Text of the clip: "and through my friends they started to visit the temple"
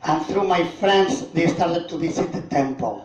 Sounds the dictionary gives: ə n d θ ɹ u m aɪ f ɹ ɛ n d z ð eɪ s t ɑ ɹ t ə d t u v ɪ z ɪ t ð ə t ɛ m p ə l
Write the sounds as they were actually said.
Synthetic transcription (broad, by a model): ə n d θ ɹ u m aɪ f ɹ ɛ n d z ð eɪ s t ɑ ɹ t ə d t u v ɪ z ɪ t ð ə t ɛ m p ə l